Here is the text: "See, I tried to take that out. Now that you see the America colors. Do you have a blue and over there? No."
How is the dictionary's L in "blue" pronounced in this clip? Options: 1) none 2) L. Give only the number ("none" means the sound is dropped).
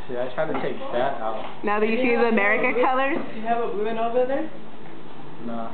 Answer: 1